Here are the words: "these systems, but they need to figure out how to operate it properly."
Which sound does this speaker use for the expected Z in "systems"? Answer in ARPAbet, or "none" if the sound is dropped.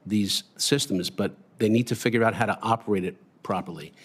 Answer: Z